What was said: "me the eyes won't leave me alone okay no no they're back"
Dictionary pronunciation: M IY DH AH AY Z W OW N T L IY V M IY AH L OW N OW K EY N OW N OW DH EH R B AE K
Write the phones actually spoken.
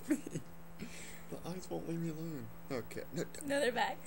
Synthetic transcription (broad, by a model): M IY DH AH AY Z W OW N T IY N M IY AH L OW N OW K EY N OW N OW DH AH R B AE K